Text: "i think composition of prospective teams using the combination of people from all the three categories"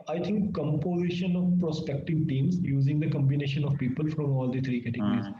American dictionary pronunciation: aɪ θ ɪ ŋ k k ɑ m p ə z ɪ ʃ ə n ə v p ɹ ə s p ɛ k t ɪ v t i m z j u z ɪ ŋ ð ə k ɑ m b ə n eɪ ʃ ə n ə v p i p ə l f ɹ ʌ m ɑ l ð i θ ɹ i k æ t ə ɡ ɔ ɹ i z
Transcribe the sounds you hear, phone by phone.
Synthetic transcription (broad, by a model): aɪ t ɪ ŋ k k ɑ m p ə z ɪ ʃ ə n ə v p ɹ ə s p ɛ k t ɪ v t i m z j u z ɪ ŋ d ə k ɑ m b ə n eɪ ʃ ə n ə v p i p ə l f ɹ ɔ m ɑ l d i t ɹ i k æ t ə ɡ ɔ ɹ i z